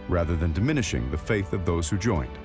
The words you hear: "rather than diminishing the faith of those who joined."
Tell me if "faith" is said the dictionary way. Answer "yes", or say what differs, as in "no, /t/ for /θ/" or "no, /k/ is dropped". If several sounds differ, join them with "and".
yes